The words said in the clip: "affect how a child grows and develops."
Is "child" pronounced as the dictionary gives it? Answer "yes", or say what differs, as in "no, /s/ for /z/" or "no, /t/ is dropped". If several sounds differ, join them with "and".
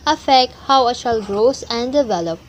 no, /ʃ/ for /tʃ/